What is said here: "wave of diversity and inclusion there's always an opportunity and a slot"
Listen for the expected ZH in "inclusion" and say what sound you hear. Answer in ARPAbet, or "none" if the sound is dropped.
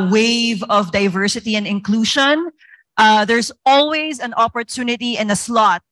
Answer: SH